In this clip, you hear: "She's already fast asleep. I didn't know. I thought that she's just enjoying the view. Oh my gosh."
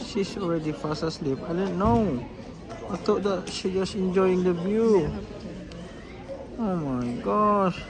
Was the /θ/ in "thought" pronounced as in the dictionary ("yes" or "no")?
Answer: no